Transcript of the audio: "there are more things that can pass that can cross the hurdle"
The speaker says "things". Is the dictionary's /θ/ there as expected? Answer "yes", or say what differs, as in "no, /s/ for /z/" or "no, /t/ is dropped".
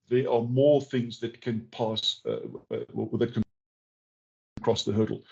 yes